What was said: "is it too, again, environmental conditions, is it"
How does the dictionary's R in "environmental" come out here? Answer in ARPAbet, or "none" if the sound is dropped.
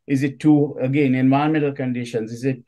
none